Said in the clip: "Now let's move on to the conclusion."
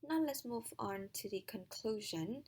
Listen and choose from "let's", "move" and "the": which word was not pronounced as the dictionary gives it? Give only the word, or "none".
none